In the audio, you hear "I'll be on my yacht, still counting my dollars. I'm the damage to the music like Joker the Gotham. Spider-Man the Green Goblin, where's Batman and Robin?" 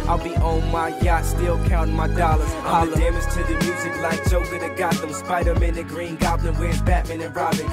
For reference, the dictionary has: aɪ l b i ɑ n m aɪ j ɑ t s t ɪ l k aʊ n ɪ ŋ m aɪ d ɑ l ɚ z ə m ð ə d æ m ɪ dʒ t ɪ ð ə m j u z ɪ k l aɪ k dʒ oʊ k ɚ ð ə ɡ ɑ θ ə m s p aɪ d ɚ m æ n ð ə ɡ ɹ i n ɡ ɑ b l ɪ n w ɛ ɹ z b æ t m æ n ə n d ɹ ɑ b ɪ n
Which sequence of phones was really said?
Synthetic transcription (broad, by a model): aɪ l b i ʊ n m aɪ j ɑ t s t ɪ l k aʊ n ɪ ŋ m aɪ d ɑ l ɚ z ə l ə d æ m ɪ z t ɪ ð ə m j u z ɪ k l aɪ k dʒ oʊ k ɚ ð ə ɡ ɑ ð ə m s p aɪ d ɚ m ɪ n ð ə ɡ ɹ i n ɡ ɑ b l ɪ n w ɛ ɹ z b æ t m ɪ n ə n ɹ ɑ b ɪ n